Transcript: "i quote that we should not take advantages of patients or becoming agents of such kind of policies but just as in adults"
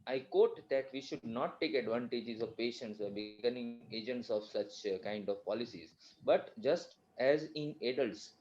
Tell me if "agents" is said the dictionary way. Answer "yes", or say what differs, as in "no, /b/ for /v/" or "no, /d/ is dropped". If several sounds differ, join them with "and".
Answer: yes